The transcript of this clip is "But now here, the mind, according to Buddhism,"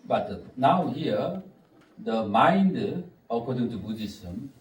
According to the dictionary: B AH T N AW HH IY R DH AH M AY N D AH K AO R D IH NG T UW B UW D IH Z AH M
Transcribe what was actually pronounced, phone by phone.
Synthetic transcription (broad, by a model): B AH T N AW HH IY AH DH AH M AY N D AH K AO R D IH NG T UW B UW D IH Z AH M